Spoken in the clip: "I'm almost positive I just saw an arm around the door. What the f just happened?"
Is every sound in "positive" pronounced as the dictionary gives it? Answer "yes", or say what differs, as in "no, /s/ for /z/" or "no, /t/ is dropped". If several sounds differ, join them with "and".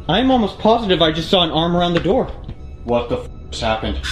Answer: yes